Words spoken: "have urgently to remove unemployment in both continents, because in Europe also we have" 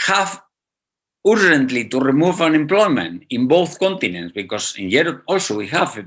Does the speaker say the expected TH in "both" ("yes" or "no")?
yes